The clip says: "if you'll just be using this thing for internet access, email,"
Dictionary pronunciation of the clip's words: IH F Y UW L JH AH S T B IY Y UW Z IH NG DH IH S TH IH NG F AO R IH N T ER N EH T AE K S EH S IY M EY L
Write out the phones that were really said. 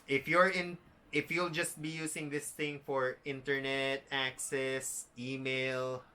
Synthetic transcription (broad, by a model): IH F Y UW L JH AH S T B IY Y UW S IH NG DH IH S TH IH NG F AO R IH N T ER N EH T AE K S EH S IY M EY L